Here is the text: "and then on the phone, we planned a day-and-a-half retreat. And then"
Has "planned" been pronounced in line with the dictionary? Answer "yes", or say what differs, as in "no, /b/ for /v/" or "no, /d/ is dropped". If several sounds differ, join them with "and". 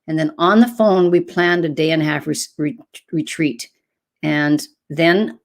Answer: yes